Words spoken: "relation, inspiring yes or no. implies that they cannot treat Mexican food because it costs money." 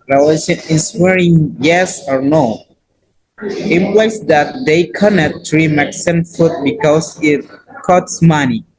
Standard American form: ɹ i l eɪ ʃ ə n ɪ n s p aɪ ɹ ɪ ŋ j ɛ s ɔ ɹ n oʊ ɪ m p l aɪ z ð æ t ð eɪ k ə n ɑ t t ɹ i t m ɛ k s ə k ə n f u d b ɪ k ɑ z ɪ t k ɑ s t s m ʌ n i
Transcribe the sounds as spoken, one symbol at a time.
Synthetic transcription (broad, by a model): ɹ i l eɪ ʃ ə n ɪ s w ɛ ɹ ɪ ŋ j ɛ s ɔ ɹ n oʊ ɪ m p l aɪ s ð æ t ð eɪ k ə n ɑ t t ɹ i m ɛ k s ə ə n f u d b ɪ k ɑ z ɪ t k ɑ t s m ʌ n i